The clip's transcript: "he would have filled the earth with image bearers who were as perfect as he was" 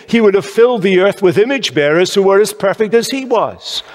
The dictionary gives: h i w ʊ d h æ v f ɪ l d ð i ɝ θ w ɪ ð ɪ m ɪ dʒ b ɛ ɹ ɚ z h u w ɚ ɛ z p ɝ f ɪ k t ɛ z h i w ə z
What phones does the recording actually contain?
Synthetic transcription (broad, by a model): h i w ʊ d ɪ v f ɪ l d ð i ɝ θ w ɪ ð ɪ m ɪ dʒ b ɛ ɹ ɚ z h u w ɚ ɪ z p ɝ f ɪ k t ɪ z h i w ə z